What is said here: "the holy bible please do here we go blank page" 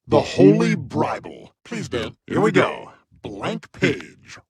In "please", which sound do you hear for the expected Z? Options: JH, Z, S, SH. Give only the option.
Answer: Z